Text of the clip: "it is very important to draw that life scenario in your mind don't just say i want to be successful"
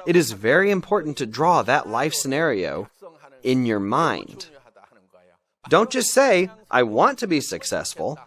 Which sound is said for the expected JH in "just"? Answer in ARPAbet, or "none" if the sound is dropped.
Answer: CH